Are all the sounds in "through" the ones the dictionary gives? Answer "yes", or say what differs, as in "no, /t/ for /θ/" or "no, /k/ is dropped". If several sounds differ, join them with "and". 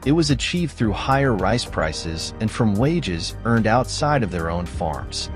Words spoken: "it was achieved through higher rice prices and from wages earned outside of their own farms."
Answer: yes